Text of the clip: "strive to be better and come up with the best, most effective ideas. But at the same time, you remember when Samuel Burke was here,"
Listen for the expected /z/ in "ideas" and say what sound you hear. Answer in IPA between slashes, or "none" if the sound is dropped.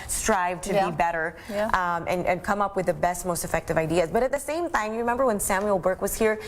/z/